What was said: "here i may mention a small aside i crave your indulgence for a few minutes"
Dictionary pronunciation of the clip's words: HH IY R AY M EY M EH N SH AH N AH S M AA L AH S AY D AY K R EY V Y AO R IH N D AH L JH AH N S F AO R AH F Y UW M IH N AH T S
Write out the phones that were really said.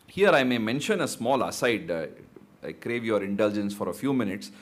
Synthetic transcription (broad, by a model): HH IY R AY M EY M EH N SH AH N AH S M AA L AH S AY D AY K R EY V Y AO R IH N D AH L JH AH N S F AO R AH F Y UW M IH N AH T S